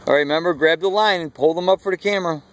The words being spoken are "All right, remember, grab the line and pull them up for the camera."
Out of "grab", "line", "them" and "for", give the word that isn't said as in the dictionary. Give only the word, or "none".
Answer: none